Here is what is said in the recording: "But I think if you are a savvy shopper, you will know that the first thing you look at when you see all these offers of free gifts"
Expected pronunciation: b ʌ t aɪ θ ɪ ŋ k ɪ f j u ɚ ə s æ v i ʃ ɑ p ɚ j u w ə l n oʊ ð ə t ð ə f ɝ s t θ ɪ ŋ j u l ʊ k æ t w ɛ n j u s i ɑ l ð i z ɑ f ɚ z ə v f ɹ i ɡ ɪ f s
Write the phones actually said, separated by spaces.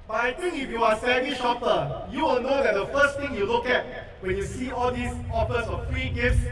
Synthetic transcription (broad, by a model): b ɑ t aɪ t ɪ ŋ k ɪ f j u ə s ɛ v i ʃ ɑ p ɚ j u w ə l n oʊ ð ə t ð ə f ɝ s t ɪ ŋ j u l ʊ k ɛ t w ɛ n j u s i ɑ l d i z ɑ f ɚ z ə f f ɹ i ɡ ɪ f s